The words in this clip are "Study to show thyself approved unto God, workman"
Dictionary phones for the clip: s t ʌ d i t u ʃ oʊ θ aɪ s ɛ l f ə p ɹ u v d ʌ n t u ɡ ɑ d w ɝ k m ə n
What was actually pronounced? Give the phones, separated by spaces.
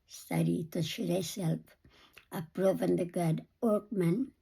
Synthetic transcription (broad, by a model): s t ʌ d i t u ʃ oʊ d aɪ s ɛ l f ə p ɹ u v ʌ n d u ɡ ɑ d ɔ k m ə n